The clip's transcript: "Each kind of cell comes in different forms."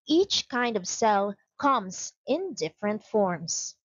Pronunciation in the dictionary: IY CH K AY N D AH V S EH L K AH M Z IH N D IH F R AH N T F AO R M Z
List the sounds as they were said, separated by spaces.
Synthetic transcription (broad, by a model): IY CH K AY N D AH V S EH L K AH M Z IH N D IH F R AH N T F AO R M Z